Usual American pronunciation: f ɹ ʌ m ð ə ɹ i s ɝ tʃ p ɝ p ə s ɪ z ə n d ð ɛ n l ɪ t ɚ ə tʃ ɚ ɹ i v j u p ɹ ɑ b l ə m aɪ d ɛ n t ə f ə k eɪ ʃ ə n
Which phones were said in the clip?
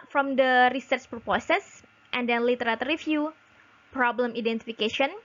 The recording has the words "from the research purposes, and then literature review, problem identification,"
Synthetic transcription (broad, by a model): f ɹ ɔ m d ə ɹ i s ɝ tʃ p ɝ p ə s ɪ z ə n d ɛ n l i t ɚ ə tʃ ɹ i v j u p ɹ ɑ b l ə m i d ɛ n t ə f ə k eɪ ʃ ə n